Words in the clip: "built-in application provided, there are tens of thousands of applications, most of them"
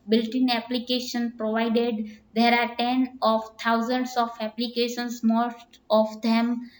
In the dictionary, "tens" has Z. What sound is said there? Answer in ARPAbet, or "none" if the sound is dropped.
none